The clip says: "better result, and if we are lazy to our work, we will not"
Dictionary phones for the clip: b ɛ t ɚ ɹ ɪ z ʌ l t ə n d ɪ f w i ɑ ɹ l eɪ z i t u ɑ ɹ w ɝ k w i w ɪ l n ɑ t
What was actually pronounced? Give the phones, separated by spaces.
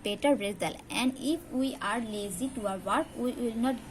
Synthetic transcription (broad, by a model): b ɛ t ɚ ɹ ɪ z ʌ l ə n d ɪ f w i ɑ ɹ l eɪ z i t u ɑ ɹ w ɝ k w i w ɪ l n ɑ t